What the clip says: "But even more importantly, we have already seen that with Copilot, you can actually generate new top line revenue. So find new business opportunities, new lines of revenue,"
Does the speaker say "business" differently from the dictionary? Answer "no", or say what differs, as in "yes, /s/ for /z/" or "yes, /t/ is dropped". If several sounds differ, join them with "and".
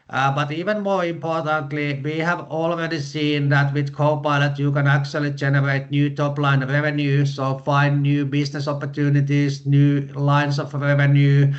yes, /s/ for /z/